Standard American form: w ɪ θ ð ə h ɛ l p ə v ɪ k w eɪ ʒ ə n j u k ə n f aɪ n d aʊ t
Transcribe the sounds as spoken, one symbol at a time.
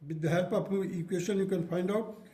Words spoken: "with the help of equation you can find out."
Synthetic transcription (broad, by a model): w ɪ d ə h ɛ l p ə p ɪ k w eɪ ʃ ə n j u k ə n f aɪ n d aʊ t